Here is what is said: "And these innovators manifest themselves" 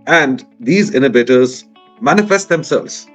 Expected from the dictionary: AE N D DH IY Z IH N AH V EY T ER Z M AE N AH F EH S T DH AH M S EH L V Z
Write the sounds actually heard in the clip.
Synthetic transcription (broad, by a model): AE N D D IY Z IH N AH B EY T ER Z M AE N AH F EH S T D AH M S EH L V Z